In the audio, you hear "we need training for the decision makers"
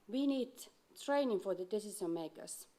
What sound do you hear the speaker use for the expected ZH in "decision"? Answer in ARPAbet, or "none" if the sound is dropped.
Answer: S